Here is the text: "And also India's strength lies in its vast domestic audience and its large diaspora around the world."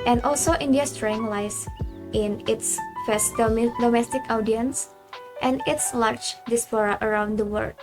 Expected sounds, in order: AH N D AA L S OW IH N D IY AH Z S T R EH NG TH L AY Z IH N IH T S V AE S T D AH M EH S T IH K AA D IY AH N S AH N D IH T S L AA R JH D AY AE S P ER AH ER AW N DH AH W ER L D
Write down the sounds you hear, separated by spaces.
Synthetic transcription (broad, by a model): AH N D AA L S OW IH N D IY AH S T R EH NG L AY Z IH N IH T S F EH S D D AH M EH S T IH K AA D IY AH N S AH N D IH T S L AA R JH D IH S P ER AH ER AW N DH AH W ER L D